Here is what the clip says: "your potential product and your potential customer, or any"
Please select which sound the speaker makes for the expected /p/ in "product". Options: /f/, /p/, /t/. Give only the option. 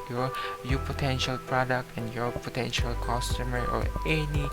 /p/